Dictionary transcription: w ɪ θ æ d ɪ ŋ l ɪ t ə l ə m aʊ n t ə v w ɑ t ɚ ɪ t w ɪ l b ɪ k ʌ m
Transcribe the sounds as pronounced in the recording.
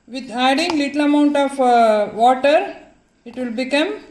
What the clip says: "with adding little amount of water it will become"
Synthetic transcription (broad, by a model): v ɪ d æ d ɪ ŋ l ɪ t ə l ə m aʊ n t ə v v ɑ t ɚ ɪ t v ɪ l b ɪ k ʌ m